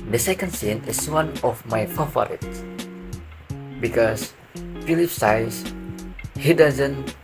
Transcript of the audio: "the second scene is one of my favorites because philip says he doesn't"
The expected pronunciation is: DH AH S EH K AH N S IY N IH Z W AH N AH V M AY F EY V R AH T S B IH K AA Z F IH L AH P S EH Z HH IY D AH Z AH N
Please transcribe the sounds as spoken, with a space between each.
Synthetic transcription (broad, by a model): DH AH S EH K AH N S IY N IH S W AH N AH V M AY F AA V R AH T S B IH K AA S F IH L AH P S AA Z HH IY D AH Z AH N